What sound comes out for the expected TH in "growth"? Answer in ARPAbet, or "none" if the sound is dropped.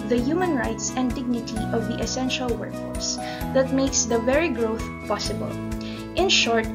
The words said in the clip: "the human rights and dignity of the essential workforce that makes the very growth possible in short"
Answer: TH